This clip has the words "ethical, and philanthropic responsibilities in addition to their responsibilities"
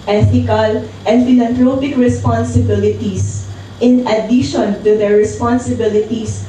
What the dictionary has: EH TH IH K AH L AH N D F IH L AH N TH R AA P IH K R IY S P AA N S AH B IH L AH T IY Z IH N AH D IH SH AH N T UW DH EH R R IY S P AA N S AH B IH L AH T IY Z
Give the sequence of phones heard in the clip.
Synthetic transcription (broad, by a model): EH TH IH K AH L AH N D F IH L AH N T R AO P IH K R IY S P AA N S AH B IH L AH T IY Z IH N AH D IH SH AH N T UW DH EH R R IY S P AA N S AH B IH L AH T IY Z